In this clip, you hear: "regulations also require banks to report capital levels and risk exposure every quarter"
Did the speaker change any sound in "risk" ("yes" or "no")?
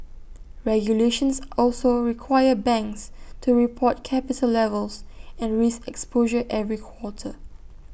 yes